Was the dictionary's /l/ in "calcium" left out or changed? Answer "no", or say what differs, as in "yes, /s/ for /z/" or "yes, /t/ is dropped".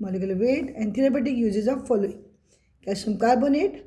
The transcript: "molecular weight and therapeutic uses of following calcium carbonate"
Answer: yes, /l/ is dropped